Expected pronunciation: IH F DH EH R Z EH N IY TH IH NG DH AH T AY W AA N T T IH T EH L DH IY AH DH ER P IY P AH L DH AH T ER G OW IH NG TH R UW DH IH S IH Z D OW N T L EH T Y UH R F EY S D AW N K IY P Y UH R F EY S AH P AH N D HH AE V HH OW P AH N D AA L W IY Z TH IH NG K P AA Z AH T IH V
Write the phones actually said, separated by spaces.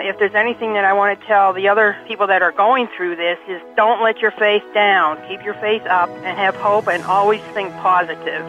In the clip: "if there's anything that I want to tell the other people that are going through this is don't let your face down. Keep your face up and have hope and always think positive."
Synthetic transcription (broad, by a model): IH F DH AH R Z EH N IY TH IH NG DH AH T AY W AA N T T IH T EH L DH IY AH DH ER P IY P L DH AH T ER G OW IH NG TH R UW DH IH S IH Z D OW N T L EH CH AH R F EY TH D AW N K IY P Y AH R F EY TH AH P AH N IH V HH OW P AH N AA L W IY Z TH IH NG K P AA Z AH T IH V